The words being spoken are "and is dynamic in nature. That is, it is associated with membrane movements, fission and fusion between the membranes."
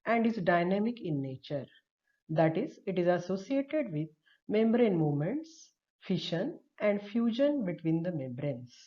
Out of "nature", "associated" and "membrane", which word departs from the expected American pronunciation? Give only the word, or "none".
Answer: none